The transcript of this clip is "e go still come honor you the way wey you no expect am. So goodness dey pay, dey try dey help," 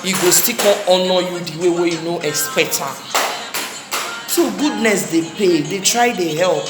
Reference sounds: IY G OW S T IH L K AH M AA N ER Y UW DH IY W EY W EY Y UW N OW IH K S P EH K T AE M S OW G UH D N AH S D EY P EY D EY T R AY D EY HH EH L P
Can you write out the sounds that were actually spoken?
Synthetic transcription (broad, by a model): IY G OW S T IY K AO AA N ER Y UW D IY W EY W EY Y UW N OW IH K S P EH K T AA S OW G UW D N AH S D EY P EY D EY T R AY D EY HH EH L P